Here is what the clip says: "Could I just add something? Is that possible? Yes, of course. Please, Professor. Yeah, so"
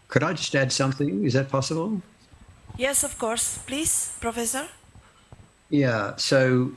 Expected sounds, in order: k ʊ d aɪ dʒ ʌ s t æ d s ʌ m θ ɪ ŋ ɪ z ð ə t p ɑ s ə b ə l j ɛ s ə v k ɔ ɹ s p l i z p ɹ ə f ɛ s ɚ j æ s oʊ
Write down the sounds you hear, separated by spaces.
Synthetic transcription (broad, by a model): k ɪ d aɪ dʒ ʌ s t æ d s ʌ m θ ɪ ŋ ɪ z ð ə t p ɑ s ə b ə l j ɛ s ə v k ɔ ɹ s p l i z p ɹ ə f ɛ s ɚ j æ s oʊ